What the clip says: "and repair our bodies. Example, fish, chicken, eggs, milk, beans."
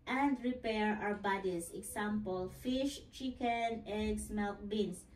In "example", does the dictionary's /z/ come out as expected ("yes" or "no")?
no